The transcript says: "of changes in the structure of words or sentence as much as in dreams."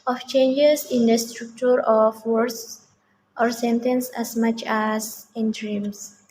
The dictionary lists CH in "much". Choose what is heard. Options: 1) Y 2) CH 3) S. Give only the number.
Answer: 2